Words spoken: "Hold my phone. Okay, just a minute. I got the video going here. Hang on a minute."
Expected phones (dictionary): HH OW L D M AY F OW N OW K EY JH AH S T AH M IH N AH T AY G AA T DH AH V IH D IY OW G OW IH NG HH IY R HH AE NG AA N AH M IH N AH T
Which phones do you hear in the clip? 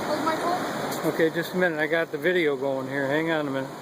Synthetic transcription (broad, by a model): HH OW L M AY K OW OW K EY JH AH S T AH M IH N AH T AY G AA T DH AH V IH D IY OW G OW IH NG HH IY R HH AE NG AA N AH M IH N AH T